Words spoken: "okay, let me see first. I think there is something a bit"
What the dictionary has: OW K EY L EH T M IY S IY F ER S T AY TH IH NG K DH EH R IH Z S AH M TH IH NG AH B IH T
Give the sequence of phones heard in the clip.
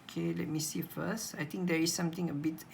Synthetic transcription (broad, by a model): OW K EY L EH T M IY S IY F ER S T AY T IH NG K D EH R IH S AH M T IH NG AH B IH T